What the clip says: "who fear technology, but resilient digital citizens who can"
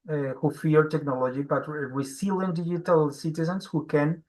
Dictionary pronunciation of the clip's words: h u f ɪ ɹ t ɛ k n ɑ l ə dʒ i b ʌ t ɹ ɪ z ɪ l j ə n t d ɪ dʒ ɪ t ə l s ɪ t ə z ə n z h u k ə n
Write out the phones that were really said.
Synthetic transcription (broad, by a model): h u f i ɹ t ɛ k n ɑ l ə dʒ i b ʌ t w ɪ s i l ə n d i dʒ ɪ t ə l s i t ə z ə n s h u k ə n